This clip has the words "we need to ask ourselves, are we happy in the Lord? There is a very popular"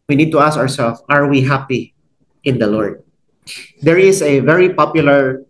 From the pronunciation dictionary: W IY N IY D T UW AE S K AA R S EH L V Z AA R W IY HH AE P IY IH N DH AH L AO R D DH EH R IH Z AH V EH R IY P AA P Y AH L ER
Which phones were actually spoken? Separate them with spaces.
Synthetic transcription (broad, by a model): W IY N IY D T UW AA S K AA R S EH L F AA R W IY HH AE P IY IH N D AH L AO R D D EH R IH S AH V EH R IY P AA P Y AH L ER